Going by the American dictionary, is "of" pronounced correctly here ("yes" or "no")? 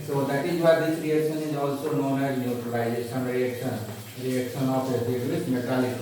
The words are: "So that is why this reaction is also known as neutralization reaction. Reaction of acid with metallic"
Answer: no